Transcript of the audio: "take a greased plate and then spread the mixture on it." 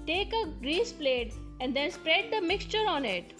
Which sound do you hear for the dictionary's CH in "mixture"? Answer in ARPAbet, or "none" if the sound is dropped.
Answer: CH